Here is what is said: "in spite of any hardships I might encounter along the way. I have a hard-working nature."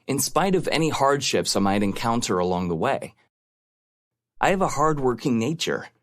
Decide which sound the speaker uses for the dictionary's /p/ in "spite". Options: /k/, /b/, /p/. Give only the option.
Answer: /p/